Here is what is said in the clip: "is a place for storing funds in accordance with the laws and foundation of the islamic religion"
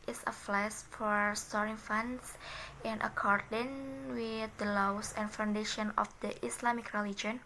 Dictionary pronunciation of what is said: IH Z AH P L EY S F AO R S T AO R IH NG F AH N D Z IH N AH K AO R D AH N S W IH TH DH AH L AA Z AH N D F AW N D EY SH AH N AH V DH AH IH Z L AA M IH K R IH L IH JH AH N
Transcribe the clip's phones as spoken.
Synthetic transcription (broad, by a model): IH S AH F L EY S F AO R S T AO R IH NG F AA N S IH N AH K AO R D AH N W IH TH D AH L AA S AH N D F AW N D EY SH AH N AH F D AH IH S L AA M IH K R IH L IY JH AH N